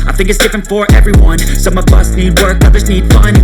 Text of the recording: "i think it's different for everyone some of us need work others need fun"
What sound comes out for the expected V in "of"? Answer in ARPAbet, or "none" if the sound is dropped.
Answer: B